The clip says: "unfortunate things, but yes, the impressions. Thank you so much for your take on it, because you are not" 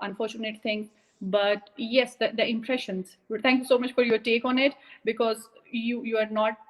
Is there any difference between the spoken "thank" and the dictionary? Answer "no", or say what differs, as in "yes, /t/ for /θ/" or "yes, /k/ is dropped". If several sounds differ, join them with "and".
yes, /t/ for /θ/